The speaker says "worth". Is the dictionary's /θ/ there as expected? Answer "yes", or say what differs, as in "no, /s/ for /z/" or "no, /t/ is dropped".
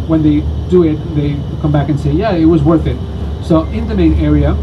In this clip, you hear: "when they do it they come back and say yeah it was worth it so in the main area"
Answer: yes